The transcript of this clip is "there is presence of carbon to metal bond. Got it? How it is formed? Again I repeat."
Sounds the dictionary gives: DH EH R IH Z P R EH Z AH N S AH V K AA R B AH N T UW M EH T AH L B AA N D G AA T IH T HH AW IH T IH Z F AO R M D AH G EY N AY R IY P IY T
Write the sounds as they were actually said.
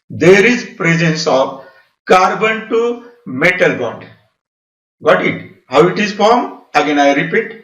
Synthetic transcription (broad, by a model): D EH R IH Z P R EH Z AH N S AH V K AA R B AH N T UW M EH T AH L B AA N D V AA T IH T HH AW IH T IH Z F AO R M AH G EY N AY R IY P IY T